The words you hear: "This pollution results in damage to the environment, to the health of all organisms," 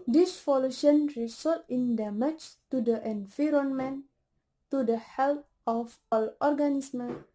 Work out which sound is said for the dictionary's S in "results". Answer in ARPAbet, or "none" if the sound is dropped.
none